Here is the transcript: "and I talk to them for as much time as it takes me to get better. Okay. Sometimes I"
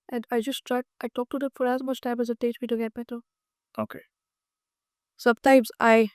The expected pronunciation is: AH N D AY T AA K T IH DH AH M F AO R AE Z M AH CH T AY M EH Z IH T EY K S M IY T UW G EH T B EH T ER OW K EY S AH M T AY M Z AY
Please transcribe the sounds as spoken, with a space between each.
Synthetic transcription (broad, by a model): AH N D AY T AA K T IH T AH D F AO R AE Z M AH CH T AY M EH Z IH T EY S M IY T UW G EH T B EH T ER OW K EY S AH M T AY M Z AY